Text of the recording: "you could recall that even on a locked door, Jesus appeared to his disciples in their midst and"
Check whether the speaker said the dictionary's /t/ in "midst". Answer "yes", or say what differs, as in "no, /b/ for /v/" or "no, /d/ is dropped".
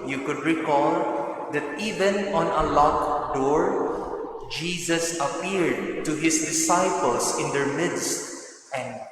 yes